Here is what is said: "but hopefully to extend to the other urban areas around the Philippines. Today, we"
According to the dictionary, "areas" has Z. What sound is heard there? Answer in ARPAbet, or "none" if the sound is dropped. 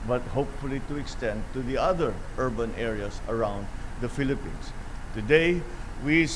S